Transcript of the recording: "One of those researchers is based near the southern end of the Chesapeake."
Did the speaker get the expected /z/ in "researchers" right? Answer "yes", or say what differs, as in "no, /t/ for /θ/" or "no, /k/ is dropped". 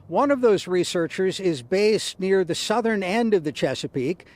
yes